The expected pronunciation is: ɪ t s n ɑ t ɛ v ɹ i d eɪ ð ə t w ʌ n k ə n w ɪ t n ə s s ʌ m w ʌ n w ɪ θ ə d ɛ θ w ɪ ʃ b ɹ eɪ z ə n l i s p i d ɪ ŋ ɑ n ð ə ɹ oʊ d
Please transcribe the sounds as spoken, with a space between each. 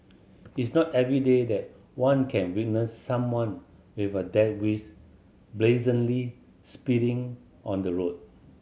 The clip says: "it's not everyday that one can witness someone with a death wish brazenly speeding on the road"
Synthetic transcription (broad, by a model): ɪ t s n ɑ t ɛ v ɹ i d eɪ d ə t w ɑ n k ə n w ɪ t n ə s s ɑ m w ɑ n w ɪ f ə d ɛ t w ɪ s b l eɪ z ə n l i s p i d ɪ ŋ ɑ n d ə ɹ oʊ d